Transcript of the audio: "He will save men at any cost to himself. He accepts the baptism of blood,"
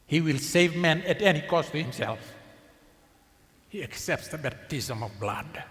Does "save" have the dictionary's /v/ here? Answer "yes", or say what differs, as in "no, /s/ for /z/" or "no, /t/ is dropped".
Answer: yes